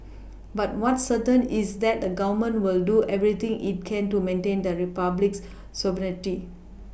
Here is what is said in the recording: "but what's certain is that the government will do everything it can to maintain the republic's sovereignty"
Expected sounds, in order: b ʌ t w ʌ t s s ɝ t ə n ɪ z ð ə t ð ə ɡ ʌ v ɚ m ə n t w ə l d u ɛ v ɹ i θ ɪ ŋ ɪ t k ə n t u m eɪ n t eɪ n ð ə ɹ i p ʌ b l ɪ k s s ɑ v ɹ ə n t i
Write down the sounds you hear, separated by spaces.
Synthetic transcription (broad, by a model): b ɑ t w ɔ t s s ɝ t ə n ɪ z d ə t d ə ɡ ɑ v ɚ m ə n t w ə l d u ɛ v ɹ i t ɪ ŋ ɪ t k ə n t u m eɪ n t eɪ n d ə ɹ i p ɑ b l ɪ k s s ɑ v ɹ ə t i